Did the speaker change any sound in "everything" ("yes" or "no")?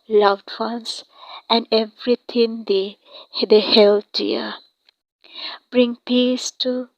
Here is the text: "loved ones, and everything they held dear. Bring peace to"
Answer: yes